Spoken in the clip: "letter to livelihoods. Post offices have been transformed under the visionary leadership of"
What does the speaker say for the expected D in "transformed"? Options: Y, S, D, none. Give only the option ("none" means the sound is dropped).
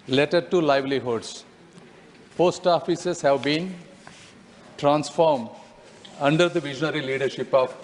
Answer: D